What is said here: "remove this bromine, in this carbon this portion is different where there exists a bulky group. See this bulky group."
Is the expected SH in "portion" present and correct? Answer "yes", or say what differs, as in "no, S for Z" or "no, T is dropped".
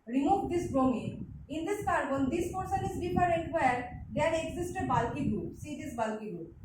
no, S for SH